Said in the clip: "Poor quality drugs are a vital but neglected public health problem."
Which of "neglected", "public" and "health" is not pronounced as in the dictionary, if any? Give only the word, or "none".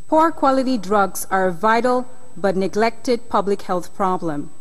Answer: none